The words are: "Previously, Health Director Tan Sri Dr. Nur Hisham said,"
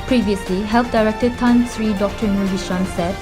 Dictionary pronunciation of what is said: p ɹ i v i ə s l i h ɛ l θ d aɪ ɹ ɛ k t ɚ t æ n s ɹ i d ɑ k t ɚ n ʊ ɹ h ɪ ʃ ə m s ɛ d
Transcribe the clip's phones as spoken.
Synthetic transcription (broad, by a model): p ɹ i v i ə s l i h ɛ l f d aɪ ɹ ɛ k t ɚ t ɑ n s ɹ i d ɑ k t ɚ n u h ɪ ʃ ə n s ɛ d